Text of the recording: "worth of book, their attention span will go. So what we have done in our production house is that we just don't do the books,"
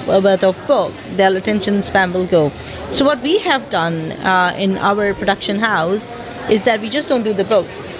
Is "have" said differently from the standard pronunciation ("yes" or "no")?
no